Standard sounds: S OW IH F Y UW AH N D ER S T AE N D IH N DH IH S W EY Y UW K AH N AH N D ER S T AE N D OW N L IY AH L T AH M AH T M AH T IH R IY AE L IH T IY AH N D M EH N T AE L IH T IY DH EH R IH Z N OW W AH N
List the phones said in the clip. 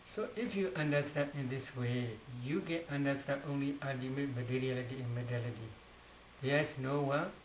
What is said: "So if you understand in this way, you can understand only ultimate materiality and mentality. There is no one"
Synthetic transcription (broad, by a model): S OW IH F Y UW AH N D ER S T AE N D IH N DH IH S W EY Y UW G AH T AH N D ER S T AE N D OW N L IY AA T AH M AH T M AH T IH R IY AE L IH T IY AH N M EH T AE L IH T IY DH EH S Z N OW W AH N